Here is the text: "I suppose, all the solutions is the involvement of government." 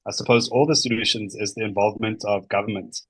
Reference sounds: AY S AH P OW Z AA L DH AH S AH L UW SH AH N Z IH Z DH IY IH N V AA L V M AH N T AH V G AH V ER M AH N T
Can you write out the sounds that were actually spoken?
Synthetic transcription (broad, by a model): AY S AH P OW Z AA L DH AH S AH L UW SH AH N Z IH Z DH IY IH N V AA L V M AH N T AH V G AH V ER M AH N T